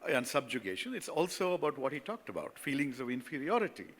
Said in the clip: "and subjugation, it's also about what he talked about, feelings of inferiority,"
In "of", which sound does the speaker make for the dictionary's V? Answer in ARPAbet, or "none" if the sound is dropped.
V